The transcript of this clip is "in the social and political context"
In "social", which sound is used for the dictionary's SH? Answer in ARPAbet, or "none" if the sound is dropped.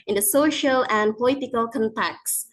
SH